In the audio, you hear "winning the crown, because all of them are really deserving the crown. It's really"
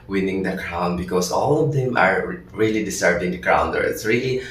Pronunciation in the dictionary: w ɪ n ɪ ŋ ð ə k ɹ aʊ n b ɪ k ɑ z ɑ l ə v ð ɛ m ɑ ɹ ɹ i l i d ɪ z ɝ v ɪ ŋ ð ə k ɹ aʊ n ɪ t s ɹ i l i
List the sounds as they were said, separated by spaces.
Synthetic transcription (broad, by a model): w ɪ n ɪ ŋ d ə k ɹ aʊ n b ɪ k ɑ s ɑ l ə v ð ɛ m ɑ ɹ ɹ i l i d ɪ s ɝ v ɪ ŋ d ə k ɹ aʊ n ɪ t s ɹ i l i